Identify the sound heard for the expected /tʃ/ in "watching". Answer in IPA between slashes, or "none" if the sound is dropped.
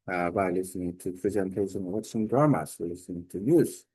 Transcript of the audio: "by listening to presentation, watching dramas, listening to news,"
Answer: /s/